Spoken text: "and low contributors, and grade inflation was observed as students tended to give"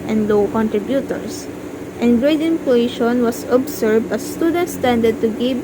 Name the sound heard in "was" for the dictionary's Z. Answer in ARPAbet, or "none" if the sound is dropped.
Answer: S